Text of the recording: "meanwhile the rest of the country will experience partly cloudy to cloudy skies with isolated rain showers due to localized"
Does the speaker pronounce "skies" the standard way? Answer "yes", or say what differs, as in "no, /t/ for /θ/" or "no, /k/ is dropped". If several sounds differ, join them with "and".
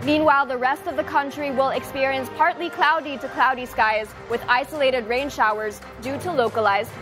yes